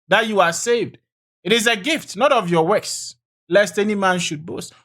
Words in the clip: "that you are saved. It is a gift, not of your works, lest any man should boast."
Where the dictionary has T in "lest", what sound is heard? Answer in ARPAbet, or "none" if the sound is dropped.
T